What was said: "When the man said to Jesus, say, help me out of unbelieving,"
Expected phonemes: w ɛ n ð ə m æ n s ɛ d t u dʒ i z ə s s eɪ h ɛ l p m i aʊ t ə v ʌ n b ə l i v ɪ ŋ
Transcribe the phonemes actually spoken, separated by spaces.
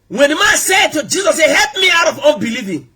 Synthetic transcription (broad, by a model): w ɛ n m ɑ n s ɛ d t u dʒ i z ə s s eɪ h ɛ l p m i aʊ t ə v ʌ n b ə l i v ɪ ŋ